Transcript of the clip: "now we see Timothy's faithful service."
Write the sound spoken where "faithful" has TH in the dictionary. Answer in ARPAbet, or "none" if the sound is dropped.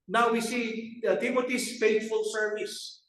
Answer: T